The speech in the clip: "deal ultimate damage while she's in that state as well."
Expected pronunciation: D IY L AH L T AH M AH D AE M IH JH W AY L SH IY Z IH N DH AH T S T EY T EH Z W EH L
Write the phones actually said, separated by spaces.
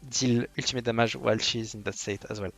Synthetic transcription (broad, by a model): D IY L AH L T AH M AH D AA M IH ZH W AY L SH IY Z IH N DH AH T S T EY T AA Z W EH L